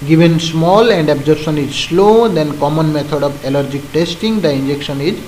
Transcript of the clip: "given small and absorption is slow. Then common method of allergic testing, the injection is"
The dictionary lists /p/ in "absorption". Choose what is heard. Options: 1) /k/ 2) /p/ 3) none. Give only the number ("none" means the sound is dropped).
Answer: 3